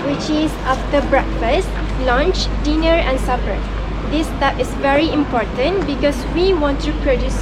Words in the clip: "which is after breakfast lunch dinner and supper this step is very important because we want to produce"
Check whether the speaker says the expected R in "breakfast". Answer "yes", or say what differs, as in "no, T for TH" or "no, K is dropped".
yes